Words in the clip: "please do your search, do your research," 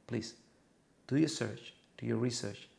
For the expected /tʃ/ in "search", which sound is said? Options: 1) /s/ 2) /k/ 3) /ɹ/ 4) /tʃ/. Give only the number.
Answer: 4